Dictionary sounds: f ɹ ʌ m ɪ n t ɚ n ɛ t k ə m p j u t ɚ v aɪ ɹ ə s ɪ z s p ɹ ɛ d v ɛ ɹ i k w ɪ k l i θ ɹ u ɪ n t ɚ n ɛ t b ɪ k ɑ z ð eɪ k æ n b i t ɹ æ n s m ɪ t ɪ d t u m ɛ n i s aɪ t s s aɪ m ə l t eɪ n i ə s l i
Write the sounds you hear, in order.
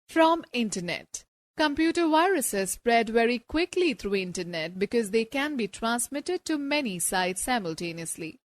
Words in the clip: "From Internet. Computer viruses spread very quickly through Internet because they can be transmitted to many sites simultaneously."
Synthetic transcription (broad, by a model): f ɹ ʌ m ɪ n t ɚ n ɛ t k ə m p j u t ɚ v aɪ ɹ ə s ɪ z s p ɹ ɛ d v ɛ ɹ i k w ɪ k l i t ɹ u ɪ n t ɚ n ɛ t b ɪ k ɑ z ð eɪ k æ n b i t ɹ æ n s m ɪ t ɪ d t u m ɛ n i s aɪ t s s aɪ m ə l t eɪ n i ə s l i